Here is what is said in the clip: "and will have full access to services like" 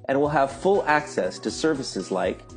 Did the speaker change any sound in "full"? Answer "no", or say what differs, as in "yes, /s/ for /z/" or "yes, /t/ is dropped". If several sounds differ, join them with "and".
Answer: no